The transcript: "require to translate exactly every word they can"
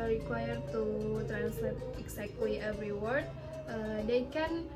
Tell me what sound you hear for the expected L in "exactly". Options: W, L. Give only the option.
W